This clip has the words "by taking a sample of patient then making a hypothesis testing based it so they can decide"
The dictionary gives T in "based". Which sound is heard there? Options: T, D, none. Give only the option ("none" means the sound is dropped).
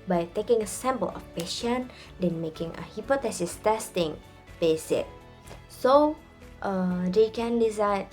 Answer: none